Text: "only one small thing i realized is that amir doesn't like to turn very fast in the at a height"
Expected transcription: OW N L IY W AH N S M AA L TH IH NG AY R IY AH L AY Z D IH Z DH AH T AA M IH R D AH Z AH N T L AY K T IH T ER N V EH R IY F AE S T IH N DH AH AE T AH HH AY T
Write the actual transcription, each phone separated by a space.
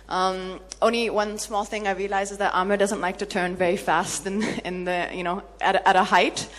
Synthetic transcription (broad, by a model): OW N L IY W AH N S M AA L TH IH NG AY R IY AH L AY Z IH Z DH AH T AA M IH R D AH Z AH N T L AY K T IH T ER N V EH R IY F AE S T IH N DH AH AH T AH HH AY T